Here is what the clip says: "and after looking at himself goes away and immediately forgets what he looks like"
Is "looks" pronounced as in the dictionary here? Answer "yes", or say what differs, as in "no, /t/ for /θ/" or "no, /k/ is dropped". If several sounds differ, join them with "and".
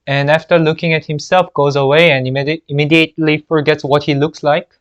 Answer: yes